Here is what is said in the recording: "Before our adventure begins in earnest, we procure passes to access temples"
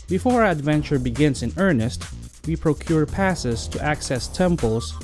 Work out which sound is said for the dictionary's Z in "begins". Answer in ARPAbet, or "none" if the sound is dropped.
S